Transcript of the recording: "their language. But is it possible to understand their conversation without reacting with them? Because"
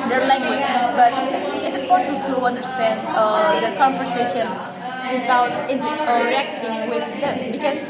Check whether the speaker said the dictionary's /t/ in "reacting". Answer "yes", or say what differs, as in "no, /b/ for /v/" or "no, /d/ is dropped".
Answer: yes